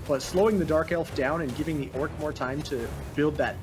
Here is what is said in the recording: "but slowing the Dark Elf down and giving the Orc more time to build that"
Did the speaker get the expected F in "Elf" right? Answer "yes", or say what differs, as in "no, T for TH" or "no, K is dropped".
yes